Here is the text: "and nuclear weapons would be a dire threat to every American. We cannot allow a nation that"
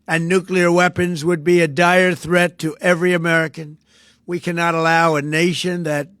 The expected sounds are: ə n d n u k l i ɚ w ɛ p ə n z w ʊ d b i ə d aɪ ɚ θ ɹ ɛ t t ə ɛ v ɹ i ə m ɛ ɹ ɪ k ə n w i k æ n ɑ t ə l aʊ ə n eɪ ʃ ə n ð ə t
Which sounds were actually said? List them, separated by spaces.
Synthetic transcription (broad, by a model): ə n n u k l i ɚ w ɛ p ə n z w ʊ d b i ə d aɪ ɚ θ ɹ ɛ t t ɛ v ɹ i ə m ɛ ɹ ɪ k ə n w i k æ n ɑ t ə l aʊ ə n eɪ ʃ ə n ð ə t